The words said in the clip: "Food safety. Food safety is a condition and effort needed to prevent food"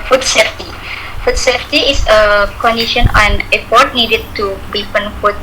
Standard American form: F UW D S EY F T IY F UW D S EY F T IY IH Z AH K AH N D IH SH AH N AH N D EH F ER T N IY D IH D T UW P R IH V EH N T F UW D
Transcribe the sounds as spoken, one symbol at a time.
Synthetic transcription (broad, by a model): F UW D S EY F T IY F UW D S EY F T IY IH S AH K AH N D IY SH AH N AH N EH P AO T N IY D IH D T UW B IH F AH N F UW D